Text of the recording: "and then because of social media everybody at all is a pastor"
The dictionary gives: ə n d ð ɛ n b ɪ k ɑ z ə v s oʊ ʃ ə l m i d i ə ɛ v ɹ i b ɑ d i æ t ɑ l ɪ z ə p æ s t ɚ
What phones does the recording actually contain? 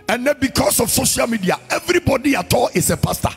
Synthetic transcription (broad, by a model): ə n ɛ b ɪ k ɑ s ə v s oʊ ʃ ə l m i d i ə ɛ v ɹ i b ɑ d i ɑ t ɑ l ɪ s ə p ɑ s t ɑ